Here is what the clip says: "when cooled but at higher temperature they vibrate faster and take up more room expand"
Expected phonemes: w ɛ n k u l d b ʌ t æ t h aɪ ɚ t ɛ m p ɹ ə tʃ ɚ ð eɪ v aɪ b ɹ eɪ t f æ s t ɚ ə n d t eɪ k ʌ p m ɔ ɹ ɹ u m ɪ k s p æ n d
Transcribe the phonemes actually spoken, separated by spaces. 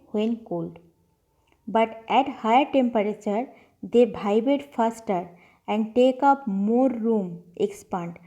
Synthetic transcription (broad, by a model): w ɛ n k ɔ l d b ʌ t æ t h aɪ ɚ t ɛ m p ɹ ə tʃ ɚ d eɪ b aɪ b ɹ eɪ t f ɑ s t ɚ ə n d t eɪ k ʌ p m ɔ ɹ ɹ u m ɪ k s p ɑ n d